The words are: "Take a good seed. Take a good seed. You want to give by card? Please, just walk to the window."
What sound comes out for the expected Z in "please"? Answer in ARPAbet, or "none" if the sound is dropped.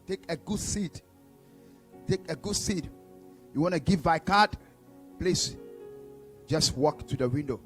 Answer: S